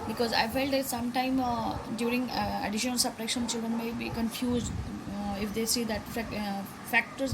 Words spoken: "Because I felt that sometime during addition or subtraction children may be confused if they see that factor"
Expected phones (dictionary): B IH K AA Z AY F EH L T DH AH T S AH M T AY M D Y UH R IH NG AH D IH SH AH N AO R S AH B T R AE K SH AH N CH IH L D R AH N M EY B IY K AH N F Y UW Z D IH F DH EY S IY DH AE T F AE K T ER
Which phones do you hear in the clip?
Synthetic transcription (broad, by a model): B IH K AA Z AY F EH L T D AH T S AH M T AY M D Y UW R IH NG AH D IH SH AH N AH L S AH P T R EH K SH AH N CH IH L D R AH N M EY B IY K AH N F Y UW Z D IH F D EY S IY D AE T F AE K T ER